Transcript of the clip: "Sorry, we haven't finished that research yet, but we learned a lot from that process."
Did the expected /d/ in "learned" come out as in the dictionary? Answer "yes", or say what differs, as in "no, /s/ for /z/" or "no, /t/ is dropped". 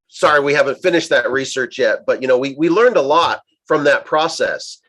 yes